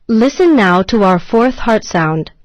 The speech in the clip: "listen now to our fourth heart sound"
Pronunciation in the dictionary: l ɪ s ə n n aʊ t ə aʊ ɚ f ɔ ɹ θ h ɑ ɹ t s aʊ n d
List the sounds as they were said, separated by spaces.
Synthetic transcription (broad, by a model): l ɪ s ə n n aʊ t ə aʊ ɚ f ɔ ɹ θ h ɑ ɹ t s aʊ n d